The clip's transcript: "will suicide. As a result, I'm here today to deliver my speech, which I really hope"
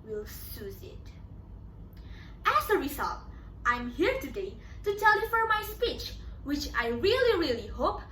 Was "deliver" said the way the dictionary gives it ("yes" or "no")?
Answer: no